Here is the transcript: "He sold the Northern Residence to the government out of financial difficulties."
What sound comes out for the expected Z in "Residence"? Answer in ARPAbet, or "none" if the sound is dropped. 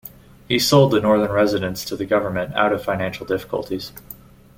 Z